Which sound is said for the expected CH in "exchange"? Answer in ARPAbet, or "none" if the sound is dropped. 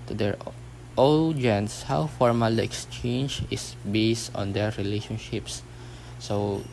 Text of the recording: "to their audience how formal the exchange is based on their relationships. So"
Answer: CH